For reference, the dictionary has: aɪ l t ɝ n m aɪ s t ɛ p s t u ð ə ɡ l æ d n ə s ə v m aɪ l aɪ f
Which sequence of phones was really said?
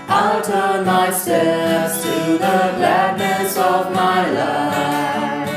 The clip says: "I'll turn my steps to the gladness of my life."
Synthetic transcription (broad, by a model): aɪ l t ɝ n m aɪ s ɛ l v t u ð ə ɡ l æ d n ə s ə v m aɪ l aɪ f